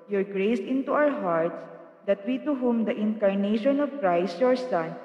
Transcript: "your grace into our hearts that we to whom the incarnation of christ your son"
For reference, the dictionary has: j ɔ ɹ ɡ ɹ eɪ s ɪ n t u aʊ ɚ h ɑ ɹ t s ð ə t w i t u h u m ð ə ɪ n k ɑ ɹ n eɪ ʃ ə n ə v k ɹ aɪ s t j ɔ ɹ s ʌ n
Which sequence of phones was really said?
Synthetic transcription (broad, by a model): j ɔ ɹ ɡ ɹ eɪ s ɪ n t u aʊ ɚ h ɑ ɹ t s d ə t w i t u h u m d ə ɪ n k ɑ ɹ n eɪ ʃ ə n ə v k ɹ aɪ s t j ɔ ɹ s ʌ n